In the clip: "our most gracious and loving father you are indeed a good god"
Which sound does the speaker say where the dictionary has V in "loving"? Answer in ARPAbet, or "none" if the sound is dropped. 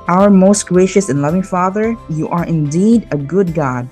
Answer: V